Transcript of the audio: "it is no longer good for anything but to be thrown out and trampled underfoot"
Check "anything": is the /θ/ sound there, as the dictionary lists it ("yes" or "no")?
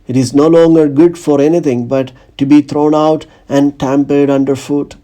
no